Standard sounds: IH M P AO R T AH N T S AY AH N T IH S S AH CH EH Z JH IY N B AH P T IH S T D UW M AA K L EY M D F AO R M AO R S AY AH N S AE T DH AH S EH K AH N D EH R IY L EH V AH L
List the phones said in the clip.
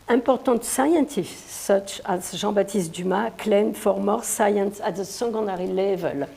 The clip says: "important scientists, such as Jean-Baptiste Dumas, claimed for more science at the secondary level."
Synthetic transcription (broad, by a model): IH P AO R T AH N T S AY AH N T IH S S AH CH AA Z ZH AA B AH T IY S T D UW M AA K L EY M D F AO R M AO R S AY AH N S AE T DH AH S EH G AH N D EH R IY L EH V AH L